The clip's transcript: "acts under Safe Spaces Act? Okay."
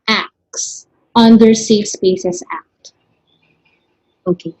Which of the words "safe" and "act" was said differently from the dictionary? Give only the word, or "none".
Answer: none